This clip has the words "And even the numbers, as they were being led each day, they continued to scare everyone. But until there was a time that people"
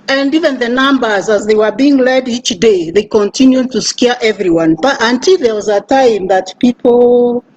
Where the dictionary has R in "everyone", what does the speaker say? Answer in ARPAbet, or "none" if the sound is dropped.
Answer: R